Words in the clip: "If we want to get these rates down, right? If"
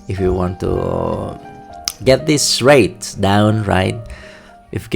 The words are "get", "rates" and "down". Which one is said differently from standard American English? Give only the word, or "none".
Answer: rates